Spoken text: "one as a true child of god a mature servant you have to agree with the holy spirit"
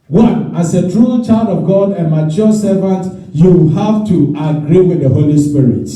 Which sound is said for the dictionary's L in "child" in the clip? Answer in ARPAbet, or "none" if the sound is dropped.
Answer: L